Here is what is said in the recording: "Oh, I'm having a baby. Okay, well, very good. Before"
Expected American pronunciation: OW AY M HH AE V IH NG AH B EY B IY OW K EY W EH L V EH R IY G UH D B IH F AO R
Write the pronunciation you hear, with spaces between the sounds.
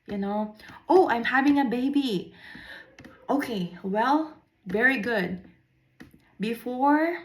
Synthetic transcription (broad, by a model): OW AY M HH AE V IH NG AH B EY B IY OW K EY W EH L V EH R IY G UH D B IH F AO R